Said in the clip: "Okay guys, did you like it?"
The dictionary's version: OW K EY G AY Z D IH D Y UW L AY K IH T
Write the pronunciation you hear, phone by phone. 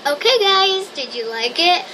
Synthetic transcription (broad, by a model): OW K EY G AY Z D IH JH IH L AY K IH T